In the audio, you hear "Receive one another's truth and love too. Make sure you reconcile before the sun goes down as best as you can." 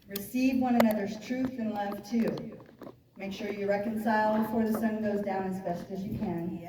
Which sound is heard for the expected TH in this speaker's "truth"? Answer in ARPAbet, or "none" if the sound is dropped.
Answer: TH